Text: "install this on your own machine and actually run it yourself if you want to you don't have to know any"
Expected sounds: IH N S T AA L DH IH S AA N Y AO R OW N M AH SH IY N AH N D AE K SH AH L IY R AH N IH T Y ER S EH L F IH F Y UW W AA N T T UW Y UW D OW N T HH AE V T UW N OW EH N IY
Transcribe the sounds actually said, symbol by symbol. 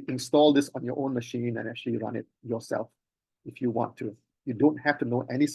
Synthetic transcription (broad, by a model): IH N S T AA L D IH S AA N Y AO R OW N M AH SH IY N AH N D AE K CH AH L IY R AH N IH T Y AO S EH L F IH F Y UW W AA N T T UW Y UW D OW N T HH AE F T UW N OW EH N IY